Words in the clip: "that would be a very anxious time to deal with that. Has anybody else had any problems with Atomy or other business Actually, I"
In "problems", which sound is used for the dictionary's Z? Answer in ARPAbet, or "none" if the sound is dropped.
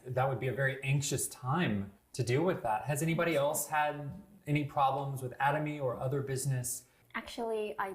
Z